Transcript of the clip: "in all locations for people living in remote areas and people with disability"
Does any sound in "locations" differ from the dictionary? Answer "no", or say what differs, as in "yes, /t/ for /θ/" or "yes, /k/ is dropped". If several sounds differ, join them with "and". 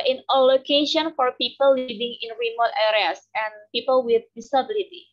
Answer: yes, /z/ is dropped